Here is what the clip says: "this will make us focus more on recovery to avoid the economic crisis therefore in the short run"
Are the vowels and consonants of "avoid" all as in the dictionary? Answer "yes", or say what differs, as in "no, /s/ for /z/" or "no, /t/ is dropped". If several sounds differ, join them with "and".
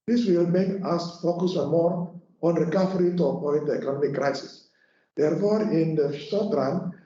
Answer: no, /p/ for /v/